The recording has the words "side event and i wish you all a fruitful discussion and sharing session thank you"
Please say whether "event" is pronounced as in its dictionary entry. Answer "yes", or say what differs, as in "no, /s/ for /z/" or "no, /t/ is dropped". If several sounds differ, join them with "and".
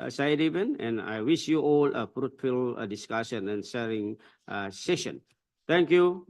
no, /t/ is dropped